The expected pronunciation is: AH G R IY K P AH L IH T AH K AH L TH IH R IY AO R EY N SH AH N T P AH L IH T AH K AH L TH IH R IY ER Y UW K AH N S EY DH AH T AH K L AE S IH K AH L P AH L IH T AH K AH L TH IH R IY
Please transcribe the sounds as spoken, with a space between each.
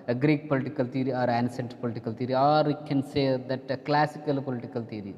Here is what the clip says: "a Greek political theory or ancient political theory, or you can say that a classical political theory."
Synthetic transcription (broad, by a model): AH G R IY K P AH L IH T AH K AH L T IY R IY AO R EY N S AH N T P AH L IH T AH K AH L T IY R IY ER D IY K AH N S EY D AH T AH K L AE S IH K AH L P AH L IH T AH K AH L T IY R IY